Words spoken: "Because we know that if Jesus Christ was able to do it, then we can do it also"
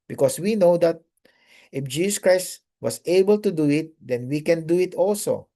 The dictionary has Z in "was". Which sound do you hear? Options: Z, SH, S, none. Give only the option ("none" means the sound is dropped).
S